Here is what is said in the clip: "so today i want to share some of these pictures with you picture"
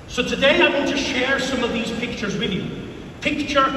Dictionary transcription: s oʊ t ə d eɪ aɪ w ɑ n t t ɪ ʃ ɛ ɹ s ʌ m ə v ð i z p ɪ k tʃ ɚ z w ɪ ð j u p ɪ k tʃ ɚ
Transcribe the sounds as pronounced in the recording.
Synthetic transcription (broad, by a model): s oʊ t ə d eɪ aɪ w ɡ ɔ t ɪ ʃ ɛ ɹ s ʌ m ə v ð i z p ɪ k tʃ ɚ z w ɪ ð j u p ɪ k tʃ ɚ